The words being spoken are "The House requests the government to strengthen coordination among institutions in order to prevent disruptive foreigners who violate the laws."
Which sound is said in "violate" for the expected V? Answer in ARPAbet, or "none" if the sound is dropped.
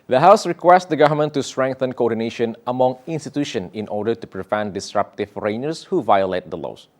V